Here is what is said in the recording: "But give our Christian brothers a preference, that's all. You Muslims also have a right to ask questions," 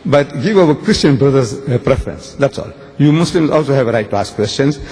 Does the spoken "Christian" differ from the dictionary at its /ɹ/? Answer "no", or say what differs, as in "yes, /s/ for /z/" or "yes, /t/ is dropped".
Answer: no